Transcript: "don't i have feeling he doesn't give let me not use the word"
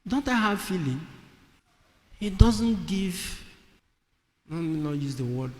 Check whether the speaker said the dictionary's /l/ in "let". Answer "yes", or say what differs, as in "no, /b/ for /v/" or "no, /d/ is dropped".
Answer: no, /n/ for /l/